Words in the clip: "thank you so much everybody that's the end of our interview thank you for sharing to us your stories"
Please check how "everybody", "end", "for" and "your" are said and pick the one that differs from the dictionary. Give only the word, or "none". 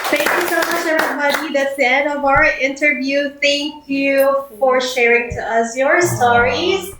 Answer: everybody